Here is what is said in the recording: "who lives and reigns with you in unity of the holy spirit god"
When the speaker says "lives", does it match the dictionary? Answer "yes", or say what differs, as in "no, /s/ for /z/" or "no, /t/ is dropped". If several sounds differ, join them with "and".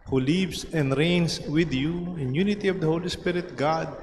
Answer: no, /s/ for /z/